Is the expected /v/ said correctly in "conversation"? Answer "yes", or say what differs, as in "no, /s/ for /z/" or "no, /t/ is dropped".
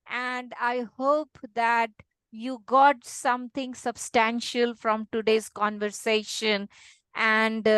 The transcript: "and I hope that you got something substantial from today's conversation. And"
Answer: yes